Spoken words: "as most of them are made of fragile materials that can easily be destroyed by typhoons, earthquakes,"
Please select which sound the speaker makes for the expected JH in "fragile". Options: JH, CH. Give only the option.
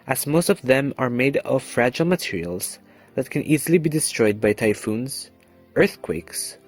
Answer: JH